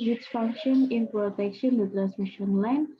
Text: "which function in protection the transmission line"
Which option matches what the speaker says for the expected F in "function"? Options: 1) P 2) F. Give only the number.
2